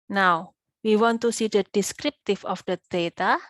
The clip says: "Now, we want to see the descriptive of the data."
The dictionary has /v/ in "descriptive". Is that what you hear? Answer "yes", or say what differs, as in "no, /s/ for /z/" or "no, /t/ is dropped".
no, /f/ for /v/